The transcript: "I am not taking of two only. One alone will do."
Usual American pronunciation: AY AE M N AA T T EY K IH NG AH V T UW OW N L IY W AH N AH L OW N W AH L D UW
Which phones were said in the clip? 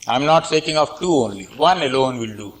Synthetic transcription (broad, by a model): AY M N AA T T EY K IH NG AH F T UW OW N L IY W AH N AH L OW N W AH L D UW